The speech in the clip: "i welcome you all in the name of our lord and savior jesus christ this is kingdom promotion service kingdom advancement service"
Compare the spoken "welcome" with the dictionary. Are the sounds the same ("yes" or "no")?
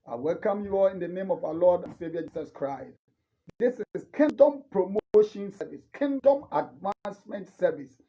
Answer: yes